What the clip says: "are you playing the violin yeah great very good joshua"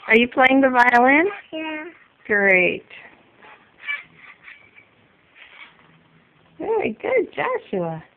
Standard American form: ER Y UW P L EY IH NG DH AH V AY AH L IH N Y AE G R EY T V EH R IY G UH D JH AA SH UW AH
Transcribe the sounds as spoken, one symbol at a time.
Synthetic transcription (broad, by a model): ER Y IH P L EY IH NG DH AH V AY AH L IH N Y AE G R EY T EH IY G UH D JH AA SH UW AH